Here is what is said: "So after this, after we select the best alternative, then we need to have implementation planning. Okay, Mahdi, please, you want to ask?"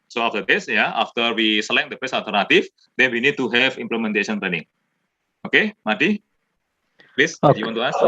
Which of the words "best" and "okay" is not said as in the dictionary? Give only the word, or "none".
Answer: best